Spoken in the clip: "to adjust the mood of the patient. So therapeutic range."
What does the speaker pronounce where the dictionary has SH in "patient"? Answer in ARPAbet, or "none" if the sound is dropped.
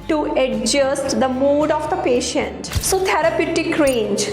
SH